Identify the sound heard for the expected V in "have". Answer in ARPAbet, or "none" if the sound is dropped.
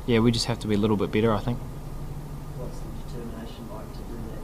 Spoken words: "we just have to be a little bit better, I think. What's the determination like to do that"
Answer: F